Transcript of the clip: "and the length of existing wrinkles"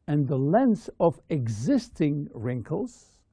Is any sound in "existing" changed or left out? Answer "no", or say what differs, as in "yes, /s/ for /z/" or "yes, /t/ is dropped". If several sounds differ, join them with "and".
no